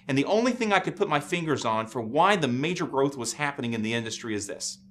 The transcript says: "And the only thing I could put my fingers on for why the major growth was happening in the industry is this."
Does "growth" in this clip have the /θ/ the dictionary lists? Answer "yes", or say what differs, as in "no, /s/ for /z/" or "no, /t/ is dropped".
yes